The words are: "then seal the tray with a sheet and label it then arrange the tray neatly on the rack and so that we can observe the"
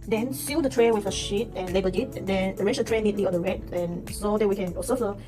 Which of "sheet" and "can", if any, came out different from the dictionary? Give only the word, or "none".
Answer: none